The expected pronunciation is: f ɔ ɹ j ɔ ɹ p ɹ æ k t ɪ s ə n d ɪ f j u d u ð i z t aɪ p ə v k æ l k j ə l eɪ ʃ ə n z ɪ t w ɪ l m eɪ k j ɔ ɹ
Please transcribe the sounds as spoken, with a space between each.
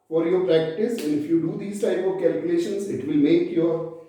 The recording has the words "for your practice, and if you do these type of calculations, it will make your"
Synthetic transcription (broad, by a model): f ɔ ɹ j ɔ ɹ p ɹ æ k t ɪ s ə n ɪ f j u d u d i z t aɪ p ə v k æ l k j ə l eɪ ʃ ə n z ɪ t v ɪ l m eɪ k j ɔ ɹ